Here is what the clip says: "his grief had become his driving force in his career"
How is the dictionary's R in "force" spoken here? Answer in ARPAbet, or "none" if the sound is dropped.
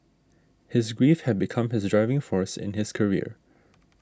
R